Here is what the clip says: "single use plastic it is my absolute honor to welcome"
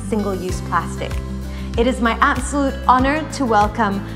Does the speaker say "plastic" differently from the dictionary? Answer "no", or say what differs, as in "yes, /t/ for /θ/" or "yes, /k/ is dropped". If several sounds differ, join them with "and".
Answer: no